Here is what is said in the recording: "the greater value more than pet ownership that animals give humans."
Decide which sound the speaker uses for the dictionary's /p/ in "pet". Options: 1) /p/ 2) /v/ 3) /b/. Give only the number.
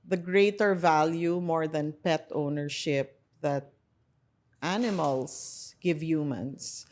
1